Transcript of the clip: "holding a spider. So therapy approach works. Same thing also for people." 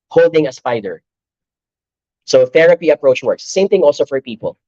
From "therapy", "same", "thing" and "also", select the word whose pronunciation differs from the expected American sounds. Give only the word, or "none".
none